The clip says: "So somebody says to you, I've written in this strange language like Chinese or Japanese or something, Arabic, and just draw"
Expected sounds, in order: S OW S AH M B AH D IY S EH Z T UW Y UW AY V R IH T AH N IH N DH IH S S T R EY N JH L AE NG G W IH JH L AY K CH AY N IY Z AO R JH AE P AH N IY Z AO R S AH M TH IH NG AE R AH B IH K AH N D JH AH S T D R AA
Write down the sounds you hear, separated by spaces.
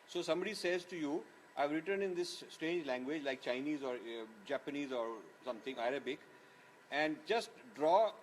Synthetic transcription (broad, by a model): S OW S AH M B AH D IY S EH Z T UW Y UW AY V R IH T AH N IH N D IH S S T R EY N JH L AE NG G W IH JH L AY K CH AY N IY Z AO R JH AE P AH N IY Z AO R S AH M T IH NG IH R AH B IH K AH N D JH AH S T D R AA